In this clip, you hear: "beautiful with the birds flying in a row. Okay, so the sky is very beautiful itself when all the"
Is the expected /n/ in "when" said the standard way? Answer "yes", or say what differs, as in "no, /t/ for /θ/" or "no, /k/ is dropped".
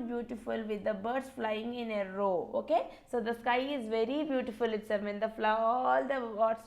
no, /l/ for /n/